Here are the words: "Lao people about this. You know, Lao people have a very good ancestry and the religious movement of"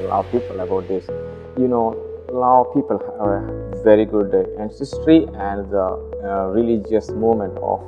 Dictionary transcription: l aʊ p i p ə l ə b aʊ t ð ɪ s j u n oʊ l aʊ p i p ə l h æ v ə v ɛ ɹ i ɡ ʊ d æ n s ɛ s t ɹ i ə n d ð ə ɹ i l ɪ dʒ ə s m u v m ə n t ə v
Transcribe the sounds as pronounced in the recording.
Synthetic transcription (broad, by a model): l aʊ p i p ə l ə b aʊ t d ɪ s j u n oʊ l aʊ p i p ə l h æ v ə v ɛ ɹ i ɡ ʊ d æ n s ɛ s t ɹ i ə n d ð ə ɹ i l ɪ dʒ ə s m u m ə n t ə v